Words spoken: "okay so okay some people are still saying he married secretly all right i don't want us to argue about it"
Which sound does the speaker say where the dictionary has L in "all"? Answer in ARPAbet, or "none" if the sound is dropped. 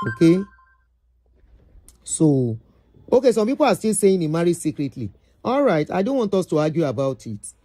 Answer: L